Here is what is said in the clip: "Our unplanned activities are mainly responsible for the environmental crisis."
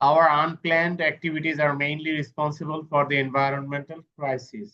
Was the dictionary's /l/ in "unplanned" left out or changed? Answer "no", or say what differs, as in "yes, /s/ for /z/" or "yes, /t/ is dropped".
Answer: no